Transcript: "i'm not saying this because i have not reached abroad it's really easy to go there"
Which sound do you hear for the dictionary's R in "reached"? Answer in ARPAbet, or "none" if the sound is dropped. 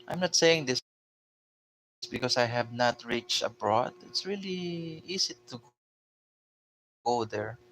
R